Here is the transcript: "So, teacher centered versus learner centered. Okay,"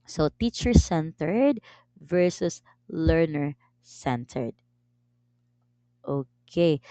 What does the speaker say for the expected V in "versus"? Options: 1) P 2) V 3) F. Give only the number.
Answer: 2